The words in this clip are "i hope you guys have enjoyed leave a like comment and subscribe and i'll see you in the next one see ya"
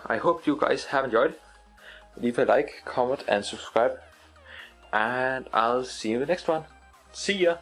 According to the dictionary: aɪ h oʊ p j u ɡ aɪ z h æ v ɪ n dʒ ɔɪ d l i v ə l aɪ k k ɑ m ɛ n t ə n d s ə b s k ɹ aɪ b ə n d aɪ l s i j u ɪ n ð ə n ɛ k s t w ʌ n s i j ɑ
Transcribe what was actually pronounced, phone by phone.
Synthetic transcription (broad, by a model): aɪ h oʊ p j u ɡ aɪ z h æ v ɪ n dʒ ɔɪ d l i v ə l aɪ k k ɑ m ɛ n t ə n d s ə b s k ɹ aɪ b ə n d aɪ l s i ð ə n ɛ k s t w ʌ n s i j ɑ